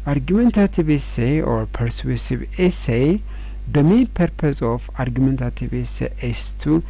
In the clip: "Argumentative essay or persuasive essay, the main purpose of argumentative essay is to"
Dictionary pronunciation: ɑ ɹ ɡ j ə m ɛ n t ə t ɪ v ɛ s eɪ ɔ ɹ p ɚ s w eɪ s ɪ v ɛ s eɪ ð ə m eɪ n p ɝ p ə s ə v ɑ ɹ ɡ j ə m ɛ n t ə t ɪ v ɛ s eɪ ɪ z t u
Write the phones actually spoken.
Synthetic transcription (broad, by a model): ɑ ɹ ɡ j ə m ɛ n t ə t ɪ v ɛ s eɪ ɔ ɹ p ɚ s w eɪ s ɪ v ɛ s eɪ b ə m eɪ n p ɝ p ə s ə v ɑ ɹ ɡ j ə m ɛ n t ə t ɪ v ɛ s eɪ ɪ s t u